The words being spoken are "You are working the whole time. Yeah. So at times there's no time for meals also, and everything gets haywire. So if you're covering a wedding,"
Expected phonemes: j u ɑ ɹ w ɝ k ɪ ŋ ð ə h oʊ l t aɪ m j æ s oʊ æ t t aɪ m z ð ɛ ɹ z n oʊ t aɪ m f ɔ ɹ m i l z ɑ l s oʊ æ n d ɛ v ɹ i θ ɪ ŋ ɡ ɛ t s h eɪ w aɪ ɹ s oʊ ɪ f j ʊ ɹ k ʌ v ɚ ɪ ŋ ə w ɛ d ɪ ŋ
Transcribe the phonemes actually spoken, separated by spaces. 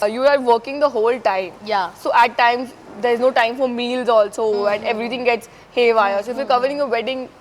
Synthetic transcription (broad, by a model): j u ɑ ɹ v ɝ k ɪ ŋ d ə h oʊ l t aɪ m j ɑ s oʊ æ t t aɪ m z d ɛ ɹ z n oʊ t aɪ m f ɔ ɹ m i l z ɑ l s oʊ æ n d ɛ v ɹ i t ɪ ŋ ɡ ɛ t s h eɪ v aɪ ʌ s oʊ ɪ f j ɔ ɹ k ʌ v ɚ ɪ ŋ ə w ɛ d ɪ ŋ